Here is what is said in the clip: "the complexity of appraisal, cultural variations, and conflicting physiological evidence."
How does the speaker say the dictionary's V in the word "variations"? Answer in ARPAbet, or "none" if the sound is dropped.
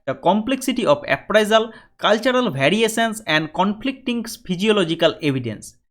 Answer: B